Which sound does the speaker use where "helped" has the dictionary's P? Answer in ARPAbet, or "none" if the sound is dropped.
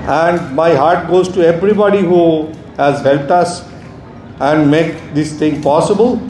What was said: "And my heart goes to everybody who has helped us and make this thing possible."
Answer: P